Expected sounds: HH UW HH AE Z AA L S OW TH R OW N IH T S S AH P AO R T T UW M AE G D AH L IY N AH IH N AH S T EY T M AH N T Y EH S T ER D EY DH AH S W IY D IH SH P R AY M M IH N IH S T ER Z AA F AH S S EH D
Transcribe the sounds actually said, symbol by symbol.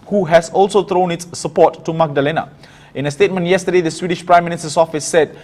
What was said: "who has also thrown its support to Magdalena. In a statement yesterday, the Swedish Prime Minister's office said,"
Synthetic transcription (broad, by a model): HH UW HH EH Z AA L S OW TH R OW N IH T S S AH P AO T T UW M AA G D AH L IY N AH IH N AH S T EY T M AH N T Y EH S T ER D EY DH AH S W IY D IH SH P R AY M M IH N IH S T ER S AA F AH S S EH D